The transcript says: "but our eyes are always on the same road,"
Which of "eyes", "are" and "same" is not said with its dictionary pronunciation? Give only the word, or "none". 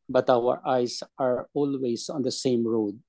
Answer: eyes